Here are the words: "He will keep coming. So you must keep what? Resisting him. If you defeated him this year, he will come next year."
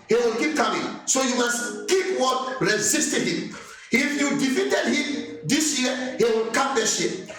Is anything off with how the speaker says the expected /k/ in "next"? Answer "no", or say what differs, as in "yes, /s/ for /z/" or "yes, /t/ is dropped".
yes, /k/ is dropped